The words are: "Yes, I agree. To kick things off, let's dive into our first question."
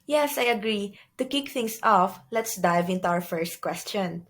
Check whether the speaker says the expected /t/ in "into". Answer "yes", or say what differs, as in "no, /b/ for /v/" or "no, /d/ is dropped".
yes